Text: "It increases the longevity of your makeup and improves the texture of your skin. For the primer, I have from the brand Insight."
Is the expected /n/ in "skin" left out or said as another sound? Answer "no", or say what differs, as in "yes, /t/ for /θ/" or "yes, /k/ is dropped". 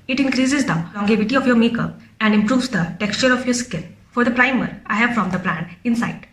yes, /l/ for /n/